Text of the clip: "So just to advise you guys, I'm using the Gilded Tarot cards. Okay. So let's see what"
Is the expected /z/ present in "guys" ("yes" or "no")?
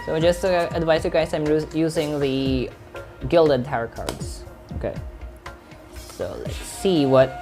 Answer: no